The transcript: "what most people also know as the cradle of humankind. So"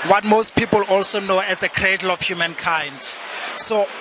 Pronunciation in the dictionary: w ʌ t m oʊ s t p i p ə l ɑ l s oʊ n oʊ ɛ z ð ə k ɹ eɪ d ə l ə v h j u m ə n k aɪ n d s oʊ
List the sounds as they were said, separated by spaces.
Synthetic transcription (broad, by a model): w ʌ t m oʊ s t p i p ə l ɑ l s oʊ n oʊ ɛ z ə k ɹ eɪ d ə l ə f h j u m ə n k aɪ n d s oʊ